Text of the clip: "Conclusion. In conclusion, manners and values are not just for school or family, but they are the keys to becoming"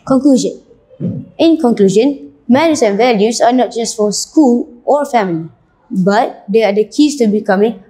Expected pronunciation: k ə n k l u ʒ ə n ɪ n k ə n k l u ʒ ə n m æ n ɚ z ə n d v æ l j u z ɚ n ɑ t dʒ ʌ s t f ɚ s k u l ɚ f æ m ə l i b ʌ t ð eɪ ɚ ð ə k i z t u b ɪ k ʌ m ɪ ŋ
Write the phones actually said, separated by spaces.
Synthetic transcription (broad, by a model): k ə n k l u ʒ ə n ɪ n k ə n k l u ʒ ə n m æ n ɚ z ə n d v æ l j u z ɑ n ɑ t dʒ ʌ s t f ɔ s k u l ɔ f æ m ə l i b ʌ t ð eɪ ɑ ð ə k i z t u b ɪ k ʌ m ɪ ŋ